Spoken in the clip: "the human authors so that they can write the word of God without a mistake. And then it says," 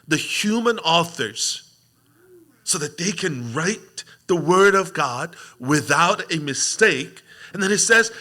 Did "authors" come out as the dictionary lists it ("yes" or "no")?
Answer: yes